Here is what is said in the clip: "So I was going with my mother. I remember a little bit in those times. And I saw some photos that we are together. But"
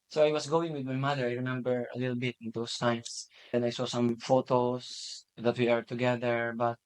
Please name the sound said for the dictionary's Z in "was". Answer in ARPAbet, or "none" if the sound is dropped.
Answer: S